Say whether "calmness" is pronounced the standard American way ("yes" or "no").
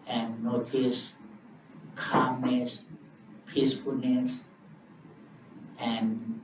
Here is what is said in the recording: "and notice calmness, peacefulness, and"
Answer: no